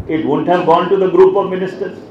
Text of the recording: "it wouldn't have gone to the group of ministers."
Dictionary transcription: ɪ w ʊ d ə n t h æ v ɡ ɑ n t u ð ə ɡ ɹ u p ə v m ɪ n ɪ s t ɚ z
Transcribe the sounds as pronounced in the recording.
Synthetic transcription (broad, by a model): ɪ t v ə n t h æ v ɡ ɑ n t u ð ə ɡ ɹ u p ə v m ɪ n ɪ s t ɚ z